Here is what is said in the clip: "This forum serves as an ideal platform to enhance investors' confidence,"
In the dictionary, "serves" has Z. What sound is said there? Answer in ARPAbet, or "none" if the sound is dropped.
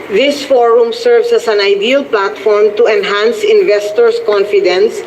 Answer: S